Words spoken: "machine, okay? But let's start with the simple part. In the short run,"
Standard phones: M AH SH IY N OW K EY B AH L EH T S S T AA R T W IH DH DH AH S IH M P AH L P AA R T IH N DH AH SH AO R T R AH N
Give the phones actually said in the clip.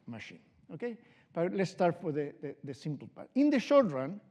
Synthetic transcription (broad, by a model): M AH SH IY N OW K EY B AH L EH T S S T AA R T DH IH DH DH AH S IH M P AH L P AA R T IH N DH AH SH AO R T R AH N